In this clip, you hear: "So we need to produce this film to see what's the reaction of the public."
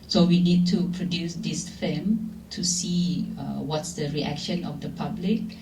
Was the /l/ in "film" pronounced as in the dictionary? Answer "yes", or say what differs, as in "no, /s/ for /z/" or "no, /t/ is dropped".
no, /l/ is dropped